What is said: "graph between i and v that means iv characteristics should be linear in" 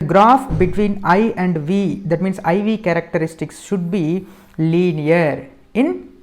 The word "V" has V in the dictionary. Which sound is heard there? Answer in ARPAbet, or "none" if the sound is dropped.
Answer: V